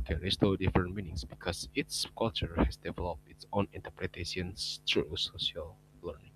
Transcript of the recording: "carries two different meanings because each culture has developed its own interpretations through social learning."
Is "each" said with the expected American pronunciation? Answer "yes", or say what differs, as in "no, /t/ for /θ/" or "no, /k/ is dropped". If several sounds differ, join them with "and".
no, /s/ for /tʃ/